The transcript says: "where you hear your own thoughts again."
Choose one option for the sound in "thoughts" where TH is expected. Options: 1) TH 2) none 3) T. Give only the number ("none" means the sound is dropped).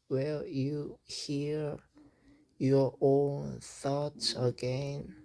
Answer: 1